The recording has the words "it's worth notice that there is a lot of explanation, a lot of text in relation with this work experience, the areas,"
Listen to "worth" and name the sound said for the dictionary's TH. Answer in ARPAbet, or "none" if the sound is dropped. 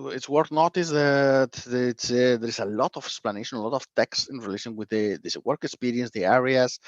T